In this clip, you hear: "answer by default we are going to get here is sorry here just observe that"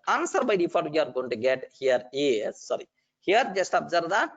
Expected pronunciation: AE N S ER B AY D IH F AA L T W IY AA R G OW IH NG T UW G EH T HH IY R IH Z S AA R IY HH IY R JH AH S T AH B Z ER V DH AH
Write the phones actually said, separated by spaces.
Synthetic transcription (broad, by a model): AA N S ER B AY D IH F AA T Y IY AA R G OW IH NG T UW G EH T HH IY R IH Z S AA R IY HH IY R JH AH S T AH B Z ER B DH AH